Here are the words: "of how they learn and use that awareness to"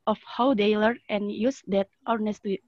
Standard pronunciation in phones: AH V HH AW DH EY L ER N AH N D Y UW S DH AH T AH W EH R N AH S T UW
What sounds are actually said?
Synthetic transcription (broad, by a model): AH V HH AW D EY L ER AH N Y UW S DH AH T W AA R N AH S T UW